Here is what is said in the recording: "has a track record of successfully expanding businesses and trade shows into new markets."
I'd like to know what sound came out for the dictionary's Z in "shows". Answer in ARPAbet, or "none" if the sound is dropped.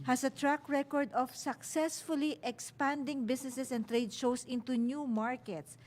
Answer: S